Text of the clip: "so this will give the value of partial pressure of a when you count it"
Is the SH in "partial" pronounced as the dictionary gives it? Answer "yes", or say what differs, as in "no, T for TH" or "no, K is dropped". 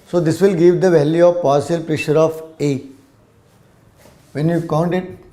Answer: no, S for SH